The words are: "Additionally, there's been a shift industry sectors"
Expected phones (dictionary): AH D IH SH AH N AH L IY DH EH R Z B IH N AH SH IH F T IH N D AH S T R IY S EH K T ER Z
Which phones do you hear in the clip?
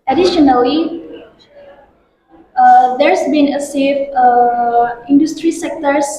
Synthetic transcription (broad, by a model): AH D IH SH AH N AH L IY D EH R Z B IH N AH S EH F IH N D AH S T R IY S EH K T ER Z